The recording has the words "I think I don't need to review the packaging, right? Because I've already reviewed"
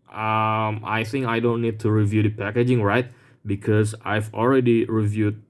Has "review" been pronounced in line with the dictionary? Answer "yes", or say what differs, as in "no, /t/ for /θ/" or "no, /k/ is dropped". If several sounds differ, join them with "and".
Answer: yes